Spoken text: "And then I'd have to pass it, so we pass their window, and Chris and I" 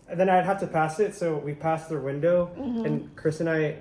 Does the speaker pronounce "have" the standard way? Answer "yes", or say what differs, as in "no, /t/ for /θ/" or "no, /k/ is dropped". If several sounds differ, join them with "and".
no, /f/ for /v/